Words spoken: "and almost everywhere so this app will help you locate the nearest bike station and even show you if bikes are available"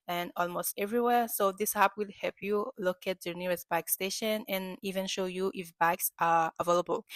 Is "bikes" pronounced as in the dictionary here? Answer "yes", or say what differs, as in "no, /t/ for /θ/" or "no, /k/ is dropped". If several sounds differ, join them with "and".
yes